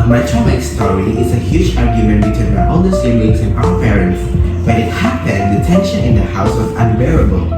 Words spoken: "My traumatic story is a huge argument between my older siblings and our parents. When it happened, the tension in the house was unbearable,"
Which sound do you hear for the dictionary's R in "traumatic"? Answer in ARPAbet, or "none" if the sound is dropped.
none